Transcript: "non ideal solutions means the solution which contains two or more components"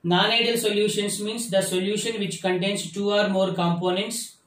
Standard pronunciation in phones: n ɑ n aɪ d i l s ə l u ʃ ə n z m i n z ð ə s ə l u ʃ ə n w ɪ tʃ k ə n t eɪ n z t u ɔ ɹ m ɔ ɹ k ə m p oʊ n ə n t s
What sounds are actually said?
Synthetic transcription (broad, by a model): n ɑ n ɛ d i l s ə l u ʃ ə n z m i n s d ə s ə l u ʃ ə n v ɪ tʃ k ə n t eɪ n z t u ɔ ɹ m ɔ ɹ k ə m p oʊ n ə n t s